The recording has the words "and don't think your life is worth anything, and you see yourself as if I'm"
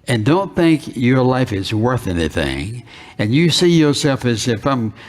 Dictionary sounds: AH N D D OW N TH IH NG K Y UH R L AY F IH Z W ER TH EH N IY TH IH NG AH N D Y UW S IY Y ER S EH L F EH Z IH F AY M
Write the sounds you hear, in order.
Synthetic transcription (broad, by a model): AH N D D OW N TH IH NG K Y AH R L AY F IH Z W ER TH EH N IY TH IH NG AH N Y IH S IY Y ER S EH L F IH Z IH F AY M